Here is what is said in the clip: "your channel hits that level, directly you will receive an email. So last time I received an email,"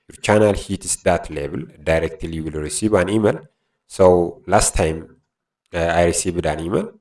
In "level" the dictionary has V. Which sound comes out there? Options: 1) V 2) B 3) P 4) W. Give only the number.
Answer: 2